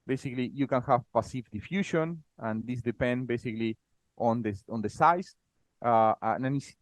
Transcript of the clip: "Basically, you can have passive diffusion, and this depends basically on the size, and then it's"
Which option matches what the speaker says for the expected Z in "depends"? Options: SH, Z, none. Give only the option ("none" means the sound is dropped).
none